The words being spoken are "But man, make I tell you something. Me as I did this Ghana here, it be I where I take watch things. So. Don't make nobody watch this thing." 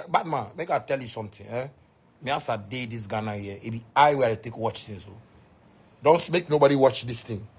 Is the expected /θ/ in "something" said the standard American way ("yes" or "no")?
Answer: no